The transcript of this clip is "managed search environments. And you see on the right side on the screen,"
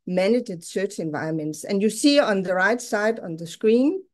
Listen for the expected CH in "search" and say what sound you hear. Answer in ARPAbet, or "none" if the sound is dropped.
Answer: CH